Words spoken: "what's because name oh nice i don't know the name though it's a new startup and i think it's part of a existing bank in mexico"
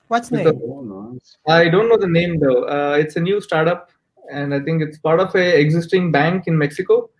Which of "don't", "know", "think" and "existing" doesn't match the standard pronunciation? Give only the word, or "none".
think